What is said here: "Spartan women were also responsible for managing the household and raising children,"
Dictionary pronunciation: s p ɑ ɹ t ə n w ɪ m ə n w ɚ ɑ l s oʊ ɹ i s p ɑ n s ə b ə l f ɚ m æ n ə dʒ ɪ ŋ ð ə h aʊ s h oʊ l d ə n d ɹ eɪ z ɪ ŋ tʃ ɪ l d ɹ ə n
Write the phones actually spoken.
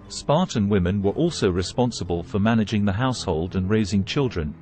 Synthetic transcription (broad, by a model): s p ɑ ɹ t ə n w ɪ m ə n w ɚ ɑ l s oʊ ɹ i s p ɑ n s ə b ə l f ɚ m æ n ə dʒ ɪ ŋ ð ə h aʊ s h oʊ l d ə n ɹ eɪ z ɪ ŋ tʃ ɪ l d ɹ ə n